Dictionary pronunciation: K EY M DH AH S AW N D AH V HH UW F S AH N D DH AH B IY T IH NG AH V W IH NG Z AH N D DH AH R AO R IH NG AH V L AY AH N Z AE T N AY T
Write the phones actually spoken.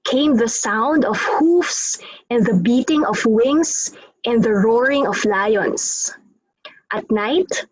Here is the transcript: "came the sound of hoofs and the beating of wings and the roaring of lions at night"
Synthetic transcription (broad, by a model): K EY M DH AH S AW N D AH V HH UW F S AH N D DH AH B IY T IH NG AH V W IH NG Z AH N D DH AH R AO R IH NG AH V L AY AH N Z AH T N AY T